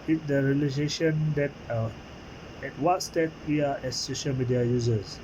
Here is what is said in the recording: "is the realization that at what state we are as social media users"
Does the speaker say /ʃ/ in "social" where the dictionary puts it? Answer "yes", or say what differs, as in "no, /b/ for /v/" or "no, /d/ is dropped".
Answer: yes